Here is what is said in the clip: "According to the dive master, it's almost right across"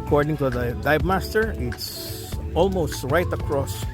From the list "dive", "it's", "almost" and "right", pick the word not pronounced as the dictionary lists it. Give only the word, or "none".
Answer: dive